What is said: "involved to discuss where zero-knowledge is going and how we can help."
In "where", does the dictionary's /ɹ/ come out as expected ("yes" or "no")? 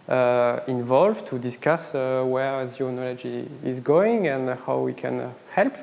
yes